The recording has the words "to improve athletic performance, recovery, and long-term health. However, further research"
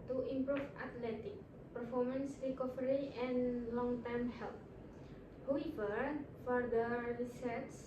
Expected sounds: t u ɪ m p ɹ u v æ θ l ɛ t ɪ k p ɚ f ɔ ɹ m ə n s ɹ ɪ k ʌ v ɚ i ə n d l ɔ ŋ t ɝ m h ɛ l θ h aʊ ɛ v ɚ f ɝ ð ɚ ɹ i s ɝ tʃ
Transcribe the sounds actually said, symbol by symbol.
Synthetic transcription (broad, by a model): t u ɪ m p ɹ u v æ t l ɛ t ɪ k p ɚ f ɔ ɹ m ə n s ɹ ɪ k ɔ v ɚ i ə n l ɔ ŋ t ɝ m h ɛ l t h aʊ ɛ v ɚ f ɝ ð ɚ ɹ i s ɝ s